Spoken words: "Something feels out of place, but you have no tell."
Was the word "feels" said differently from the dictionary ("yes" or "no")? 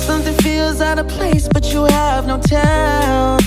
no